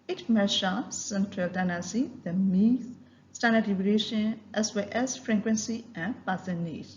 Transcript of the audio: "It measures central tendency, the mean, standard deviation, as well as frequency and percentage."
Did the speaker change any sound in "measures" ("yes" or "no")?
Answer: yes